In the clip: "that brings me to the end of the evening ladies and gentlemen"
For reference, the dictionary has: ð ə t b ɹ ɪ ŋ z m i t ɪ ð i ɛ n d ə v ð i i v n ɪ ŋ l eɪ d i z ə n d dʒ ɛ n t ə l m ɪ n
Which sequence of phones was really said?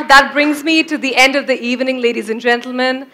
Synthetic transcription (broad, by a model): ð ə t b ɹ ɪ ŋ z m i t ɪ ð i ɛ n d ə v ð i i v n ɪ ŋ l eɪ d i z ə n dʒ ɛ n t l m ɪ n